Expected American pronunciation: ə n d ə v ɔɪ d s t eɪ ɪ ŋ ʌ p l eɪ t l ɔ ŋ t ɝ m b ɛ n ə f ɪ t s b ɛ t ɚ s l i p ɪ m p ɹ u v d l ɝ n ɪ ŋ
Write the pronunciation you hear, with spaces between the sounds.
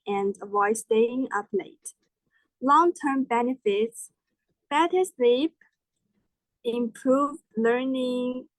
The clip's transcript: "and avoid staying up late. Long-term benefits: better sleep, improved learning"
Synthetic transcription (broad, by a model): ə n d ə ɪ s t eɪ ɪ ŋ ʌ p l eɪ t l ɔ ŋ t ɝ m b ɛ n ə f ɪ t s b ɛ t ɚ s l i p ɪ m p ɹ u v d l ɝ n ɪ ŋ